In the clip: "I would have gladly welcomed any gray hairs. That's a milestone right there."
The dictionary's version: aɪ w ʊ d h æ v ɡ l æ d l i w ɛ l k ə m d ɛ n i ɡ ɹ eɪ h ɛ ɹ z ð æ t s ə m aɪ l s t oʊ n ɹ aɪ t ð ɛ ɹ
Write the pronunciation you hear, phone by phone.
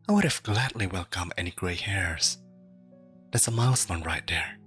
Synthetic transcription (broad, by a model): aɪ w ʊ d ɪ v ɡ l æ d l i w ɛ l k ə m ɛ n i ɡ ɹ eɪ h ɛ ɹ z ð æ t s ə m aɪ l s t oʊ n ɹ aɪ t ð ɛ ɹ